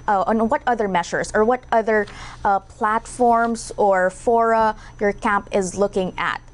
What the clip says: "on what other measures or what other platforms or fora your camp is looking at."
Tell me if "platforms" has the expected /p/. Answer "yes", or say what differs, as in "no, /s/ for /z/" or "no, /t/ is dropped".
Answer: yes